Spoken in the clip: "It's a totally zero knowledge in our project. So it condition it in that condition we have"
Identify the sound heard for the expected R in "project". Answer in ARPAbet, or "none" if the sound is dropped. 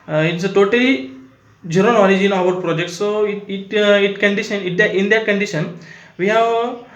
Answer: R